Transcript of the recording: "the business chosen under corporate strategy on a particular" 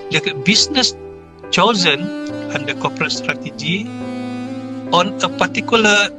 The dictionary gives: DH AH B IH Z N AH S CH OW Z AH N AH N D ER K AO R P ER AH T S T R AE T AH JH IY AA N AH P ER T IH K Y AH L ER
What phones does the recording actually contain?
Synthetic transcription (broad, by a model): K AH B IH S N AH S CH OW Z AH N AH N D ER K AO P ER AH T S T R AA T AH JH IY AA N AH P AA T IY K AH L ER